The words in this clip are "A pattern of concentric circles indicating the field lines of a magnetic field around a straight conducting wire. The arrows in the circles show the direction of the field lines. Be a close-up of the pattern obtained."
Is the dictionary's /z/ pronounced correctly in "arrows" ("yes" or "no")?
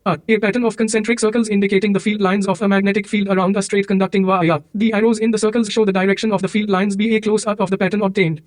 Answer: yes